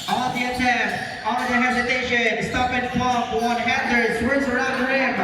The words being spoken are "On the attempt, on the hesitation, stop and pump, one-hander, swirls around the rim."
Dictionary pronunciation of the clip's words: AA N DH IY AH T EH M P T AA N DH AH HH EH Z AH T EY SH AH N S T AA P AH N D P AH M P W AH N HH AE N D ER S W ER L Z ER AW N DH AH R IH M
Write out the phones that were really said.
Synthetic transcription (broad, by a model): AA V DH IY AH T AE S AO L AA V DH AH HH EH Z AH T EY SH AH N S T AA P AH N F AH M W AH N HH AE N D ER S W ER Z ER AW N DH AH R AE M